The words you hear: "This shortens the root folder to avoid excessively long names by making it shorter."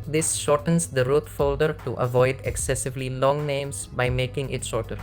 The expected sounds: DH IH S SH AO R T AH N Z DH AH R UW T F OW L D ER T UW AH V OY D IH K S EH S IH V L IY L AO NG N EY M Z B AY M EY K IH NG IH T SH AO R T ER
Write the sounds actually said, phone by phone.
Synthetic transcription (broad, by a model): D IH S SH AO R T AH N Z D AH R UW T F OW L D ER T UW AH V OY D IH K S EH S IH V L IY L AO NG N EY M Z B AY M EY K IH NG IH T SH AO R T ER